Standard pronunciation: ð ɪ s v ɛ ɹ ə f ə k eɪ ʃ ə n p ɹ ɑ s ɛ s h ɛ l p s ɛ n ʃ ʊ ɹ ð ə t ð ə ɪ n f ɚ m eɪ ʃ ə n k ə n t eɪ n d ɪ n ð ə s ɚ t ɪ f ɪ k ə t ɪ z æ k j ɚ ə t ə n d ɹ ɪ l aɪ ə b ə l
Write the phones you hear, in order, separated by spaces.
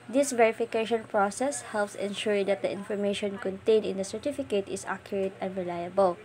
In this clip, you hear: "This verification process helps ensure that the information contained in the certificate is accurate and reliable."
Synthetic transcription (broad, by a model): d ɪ s v ɛ ɹ ə f ə k eɪ ʃ ə n p ɹ ɑ s ɛ s h ɛ l p s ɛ n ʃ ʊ ɹ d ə t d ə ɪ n f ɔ m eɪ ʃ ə n k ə n t eɪ n ɪ n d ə s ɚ t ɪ f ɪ k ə t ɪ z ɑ k j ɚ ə t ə n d ɹ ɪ l aɪ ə b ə l